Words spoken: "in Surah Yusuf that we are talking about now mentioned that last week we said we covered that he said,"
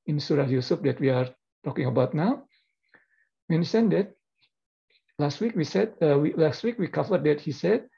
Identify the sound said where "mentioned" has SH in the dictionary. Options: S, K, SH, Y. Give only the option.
S